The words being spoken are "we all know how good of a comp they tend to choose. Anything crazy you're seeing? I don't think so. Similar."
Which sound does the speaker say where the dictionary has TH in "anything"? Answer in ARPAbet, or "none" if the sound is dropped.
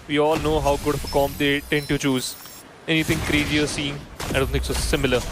T